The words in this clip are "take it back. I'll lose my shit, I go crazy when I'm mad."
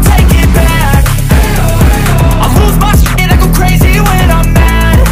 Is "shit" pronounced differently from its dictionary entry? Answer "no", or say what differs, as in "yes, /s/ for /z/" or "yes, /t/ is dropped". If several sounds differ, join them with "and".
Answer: yes, /s/ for /ʃ/